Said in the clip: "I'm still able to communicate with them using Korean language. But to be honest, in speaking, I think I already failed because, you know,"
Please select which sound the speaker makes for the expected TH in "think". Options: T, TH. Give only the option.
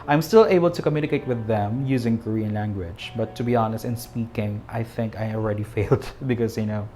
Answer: TH